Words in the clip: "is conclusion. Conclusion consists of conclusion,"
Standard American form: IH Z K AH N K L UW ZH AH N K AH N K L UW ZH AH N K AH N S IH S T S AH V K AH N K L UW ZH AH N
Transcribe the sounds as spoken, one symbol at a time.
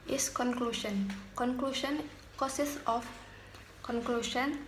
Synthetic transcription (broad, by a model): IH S K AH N K L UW SH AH N K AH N K L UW SH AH N K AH S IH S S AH F K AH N K L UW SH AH N